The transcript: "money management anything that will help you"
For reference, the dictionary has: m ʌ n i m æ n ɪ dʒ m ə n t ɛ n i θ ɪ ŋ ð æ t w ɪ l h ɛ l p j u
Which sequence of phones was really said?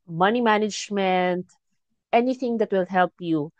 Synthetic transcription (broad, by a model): m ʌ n i m æ n ɪ dʒ m ə n t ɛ n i t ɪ ŋ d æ t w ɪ l h ɛ l p j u